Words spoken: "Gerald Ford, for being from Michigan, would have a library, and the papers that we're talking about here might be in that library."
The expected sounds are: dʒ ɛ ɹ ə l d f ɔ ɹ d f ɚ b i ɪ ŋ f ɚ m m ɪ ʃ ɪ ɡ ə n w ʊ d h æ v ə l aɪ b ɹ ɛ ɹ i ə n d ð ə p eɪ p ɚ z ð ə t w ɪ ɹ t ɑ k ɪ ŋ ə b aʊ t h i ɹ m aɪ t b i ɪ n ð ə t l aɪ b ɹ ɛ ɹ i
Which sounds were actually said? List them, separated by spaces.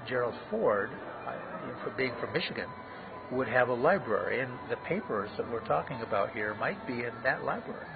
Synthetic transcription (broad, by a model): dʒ ɛ ɹ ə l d f ɔ ɹ d f ɚ b i ɪ ŋ f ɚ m m ɪ ʃ ɪ ɡ ə n w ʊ d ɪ v ə l aɪ b ɹ ɛ ɹ i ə n ð ə p eɪ p ɚ z ð ə t w ɪ ɹ t ɑ k ɪ ŋ ə b aʊ t h i ɹ m aɪ t b i ɪ n ð ə t l aɪ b ɹ ɛ ɹ i